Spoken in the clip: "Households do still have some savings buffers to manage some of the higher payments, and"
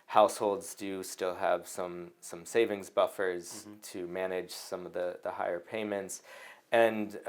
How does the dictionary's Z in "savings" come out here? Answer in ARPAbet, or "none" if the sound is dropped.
Z